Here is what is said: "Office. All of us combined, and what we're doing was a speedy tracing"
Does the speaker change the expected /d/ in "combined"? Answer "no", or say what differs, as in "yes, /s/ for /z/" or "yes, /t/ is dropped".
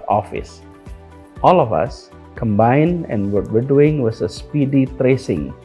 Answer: no